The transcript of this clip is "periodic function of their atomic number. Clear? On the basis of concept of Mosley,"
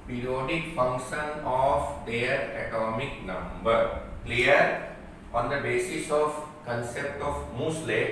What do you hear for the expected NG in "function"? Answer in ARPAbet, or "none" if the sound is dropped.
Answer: NG